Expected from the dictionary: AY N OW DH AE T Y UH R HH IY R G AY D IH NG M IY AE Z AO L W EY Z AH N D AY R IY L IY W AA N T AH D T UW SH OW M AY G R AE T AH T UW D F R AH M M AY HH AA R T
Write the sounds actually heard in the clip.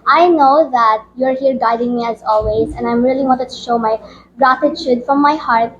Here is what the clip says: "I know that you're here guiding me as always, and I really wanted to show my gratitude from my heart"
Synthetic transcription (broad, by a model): AY N OW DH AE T Y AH R HH IY R G AY D IH NG M IY AE Z AO L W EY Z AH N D AY R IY L IY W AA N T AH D T UW SH OW M AY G R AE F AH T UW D F R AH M M AY HH AA R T